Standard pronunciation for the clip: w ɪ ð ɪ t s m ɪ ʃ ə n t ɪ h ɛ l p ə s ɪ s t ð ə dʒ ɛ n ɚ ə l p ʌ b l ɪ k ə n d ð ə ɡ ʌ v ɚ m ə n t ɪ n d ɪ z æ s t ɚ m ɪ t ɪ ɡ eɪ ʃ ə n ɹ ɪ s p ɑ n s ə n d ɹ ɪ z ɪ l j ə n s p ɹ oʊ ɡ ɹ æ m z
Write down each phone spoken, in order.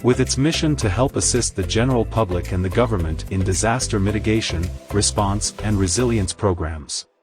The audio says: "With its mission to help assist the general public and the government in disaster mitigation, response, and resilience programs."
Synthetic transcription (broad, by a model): w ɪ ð ɪ t s m ɪ ʃ ə n t ɪ h ɛ l p ə s ɪ s t ð ə dʒ ɛ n ɚ l p ʌ b l ɪ k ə n ð ə ɡ ʌ v ɚ m ə n t ɪ n d ɪ z æ s t ɚ m ɪ t ɪ ɡ eɪ ʃ ə n ɹ ɪ s p ɑ n s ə n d ɹ ɪ z ɪ l j ə n s p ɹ oʊ ɡ ɹ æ m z